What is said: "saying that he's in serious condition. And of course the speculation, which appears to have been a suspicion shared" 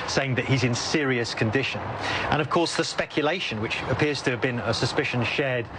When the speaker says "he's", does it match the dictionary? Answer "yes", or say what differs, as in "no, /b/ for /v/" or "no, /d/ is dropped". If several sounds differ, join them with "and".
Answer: yes